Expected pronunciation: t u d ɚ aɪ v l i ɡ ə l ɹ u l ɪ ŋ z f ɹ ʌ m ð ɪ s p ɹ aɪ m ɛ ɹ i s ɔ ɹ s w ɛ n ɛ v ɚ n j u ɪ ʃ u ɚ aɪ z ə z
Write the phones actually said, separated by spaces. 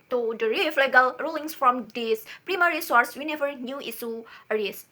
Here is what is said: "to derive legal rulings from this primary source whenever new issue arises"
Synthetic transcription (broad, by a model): t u d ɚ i f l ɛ ɡ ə l ɹ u l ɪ ŋ s f ɹ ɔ m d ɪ s p ɹ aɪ m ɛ ɹ i s ɔ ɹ s w ɛ n ɛ v ɚ n j u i s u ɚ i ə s